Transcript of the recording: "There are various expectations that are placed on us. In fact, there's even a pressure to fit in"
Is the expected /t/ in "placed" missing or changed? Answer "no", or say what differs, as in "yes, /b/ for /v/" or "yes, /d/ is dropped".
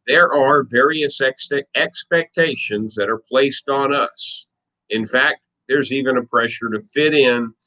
no